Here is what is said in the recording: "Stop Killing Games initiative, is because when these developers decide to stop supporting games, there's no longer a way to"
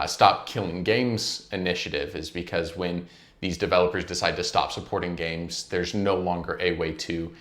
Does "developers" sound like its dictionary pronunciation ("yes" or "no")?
yes